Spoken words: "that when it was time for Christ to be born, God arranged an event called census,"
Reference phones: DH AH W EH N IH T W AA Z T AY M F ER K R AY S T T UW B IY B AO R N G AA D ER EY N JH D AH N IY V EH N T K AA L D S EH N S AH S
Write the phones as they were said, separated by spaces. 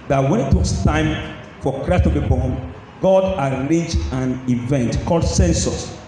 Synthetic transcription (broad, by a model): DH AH W EH N IH T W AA S T AY M F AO K R AY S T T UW B IY B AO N G AA D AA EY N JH AH N IY V EH N T K AA L D S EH N S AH S